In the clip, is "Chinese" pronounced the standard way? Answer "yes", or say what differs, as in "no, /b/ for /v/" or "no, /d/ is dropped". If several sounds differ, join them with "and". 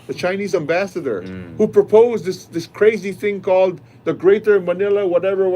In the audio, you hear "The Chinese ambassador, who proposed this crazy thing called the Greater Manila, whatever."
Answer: yes